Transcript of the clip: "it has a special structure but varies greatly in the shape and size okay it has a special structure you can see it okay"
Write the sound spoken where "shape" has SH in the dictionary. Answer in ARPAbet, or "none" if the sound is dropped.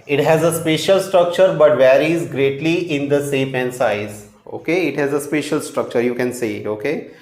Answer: S